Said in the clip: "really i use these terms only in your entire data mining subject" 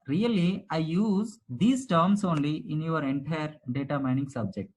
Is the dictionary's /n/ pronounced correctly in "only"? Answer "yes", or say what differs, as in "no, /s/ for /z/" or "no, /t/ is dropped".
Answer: yes